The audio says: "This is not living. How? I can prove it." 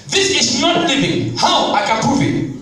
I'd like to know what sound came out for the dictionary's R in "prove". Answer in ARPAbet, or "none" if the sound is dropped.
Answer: none